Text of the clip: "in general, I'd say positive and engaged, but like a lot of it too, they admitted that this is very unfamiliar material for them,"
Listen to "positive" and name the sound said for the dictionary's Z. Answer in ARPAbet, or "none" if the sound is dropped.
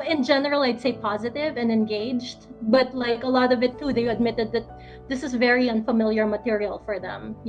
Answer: Z